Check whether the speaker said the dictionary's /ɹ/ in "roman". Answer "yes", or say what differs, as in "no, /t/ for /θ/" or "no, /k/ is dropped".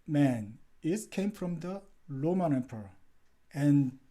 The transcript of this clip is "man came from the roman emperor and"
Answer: no, /l/ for /ɹ/